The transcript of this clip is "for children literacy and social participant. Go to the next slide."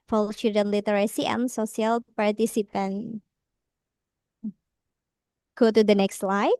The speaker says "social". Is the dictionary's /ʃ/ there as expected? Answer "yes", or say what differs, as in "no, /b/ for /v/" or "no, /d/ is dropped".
no, /s/ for /ʃ/